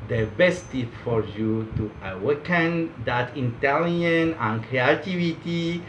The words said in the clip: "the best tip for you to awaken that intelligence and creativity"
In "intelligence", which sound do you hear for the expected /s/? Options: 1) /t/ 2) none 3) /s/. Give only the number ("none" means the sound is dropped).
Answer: 2